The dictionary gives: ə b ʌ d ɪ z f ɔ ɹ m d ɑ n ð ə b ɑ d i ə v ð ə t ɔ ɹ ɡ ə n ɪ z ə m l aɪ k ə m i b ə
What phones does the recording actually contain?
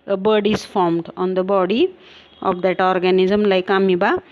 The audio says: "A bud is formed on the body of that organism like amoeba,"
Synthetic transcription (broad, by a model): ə b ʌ d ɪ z f ɔ ɹ m d ɑ n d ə b ɑ d i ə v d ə t ɔ ɹ ɡ ə n ɪ z ə m l aɪ k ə m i b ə